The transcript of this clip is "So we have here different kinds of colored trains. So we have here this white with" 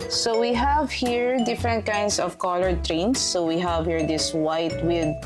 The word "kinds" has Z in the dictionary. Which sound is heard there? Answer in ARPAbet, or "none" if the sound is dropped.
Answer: S